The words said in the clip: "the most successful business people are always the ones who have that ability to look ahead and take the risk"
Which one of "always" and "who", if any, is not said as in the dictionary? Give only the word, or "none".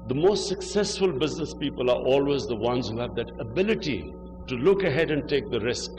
none